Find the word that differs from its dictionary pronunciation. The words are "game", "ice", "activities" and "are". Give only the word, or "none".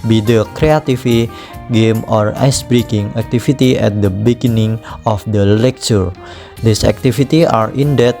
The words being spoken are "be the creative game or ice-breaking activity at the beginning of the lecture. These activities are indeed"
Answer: activities